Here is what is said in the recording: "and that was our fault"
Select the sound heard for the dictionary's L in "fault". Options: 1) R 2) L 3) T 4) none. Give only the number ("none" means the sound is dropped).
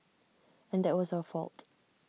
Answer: 2